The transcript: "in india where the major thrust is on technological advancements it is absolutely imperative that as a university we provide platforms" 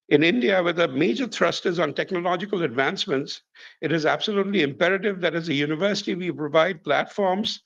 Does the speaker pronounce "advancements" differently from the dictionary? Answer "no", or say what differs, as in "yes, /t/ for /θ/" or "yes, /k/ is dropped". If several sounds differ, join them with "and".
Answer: no